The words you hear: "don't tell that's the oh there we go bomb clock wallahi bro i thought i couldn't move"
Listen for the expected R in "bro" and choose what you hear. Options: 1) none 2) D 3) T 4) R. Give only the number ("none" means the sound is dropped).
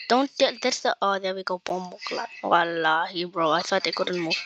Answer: 4